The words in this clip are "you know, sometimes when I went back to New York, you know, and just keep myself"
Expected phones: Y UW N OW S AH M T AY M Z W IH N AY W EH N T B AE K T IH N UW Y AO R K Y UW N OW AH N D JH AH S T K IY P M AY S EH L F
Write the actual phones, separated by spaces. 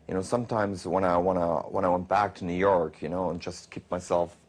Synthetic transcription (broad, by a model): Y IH N OW S AH M T AY M Z W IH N AY W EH N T B AE K T IH N UW Y AO R K Y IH N OW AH N JH AH S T K IY P M AY S EH L F